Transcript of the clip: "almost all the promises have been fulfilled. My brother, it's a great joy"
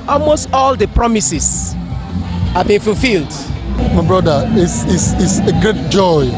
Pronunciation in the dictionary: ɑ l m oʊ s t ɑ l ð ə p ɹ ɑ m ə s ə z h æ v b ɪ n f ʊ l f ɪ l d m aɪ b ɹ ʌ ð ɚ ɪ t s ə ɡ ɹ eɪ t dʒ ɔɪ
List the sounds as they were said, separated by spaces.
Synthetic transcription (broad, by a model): ɑ l m oʊ s t ɑ l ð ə p ɹ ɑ m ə s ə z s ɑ b ɪ n f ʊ l f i l d m aɪ b ɹ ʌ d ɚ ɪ s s ə ɡ ɹ eɪ t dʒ ɔɪ